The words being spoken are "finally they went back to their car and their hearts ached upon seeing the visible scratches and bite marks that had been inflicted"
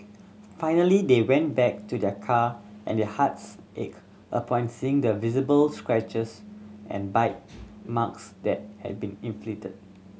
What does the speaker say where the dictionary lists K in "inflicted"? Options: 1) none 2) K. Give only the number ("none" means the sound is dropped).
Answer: 1